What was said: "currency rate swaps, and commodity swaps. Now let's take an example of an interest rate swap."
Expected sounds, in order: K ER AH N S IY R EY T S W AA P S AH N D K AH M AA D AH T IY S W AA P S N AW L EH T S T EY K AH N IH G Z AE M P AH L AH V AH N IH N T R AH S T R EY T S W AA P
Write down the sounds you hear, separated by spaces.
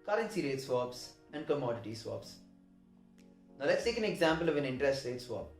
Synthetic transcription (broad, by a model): K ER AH N S IY R EY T S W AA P S AH N D K AH M AA D AH T IY S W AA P S N AW L EH T S T EY K AH N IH G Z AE M P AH L AH V AH N IH N T R AH S T R EY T S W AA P